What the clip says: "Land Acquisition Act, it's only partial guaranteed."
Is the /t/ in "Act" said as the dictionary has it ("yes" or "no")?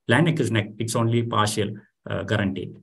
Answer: no